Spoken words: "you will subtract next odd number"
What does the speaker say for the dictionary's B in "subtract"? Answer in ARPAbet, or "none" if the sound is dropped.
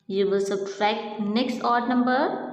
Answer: none